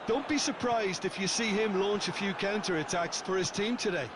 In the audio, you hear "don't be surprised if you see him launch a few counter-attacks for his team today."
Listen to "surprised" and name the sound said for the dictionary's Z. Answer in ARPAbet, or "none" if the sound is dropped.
Z